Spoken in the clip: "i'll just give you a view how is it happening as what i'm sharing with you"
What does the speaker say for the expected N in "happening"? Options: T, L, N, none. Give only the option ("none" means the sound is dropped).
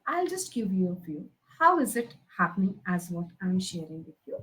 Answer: N